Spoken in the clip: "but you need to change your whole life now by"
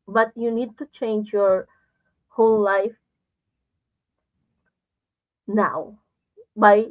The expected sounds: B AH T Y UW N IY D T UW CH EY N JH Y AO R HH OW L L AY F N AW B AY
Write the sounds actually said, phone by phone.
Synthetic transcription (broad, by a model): B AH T Y UW N IY D T UW CH EY N JH Y AO R HH OW L L AY F N AW B AY